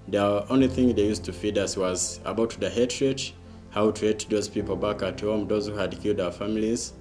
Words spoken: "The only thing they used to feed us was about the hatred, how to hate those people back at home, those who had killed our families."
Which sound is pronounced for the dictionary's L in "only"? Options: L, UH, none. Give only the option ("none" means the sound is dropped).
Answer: L